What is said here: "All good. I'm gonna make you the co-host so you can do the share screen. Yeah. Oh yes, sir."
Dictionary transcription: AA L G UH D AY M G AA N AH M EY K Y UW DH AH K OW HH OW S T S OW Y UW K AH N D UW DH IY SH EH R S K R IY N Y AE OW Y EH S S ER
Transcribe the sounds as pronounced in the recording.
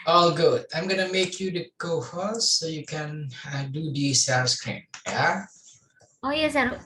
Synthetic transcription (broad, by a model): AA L G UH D AY M G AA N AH M EY K Y UW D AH K OW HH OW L S OW Y UW K AH N D UW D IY S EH S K R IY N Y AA OW Y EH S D